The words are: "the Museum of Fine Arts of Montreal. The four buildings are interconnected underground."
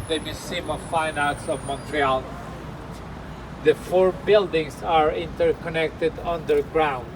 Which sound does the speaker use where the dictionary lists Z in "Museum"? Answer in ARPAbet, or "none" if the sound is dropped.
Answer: S